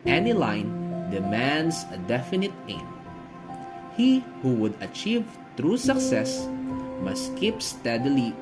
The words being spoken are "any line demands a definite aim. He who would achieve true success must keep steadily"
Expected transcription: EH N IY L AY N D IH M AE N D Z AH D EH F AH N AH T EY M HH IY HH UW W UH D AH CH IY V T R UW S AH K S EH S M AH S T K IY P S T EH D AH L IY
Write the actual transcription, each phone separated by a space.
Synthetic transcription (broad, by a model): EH N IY L AY N D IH M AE N D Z AH D EH F AH N AH T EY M HH IY HH UW W UH D AH CH IY V T R UW S AH K S EH S M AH S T K IY P S T EH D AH L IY